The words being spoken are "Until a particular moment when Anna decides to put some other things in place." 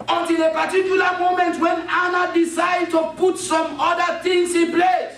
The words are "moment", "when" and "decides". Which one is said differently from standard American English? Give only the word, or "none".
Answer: decides